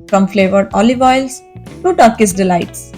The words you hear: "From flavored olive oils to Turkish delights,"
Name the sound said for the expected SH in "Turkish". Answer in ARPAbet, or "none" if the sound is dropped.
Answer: S